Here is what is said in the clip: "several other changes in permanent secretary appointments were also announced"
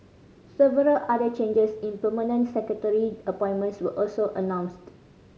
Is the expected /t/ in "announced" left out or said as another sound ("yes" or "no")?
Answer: no